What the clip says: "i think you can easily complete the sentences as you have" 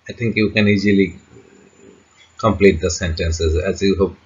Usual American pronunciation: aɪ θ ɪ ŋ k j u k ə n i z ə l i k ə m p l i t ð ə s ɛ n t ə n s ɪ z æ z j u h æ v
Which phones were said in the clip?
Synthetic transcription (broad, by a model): aɪ t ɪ ŋ k j u k ə n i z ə l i k ə m p l i t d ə s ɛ n t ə n s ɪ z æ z j u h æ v